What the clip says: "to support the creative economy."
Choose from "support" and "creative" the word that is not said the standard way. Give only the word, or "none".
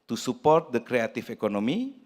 creative